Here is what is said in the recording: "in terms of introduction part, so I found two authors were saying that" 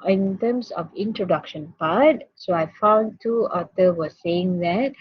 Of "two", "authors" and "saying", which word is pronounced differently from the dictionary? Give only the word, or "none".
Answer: authors